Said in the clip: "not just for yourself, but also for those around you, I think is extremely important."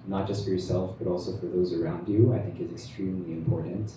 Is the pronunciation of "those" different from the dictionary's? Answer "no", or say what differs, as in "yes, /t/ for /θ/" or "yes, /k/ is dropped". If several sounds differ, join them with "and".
no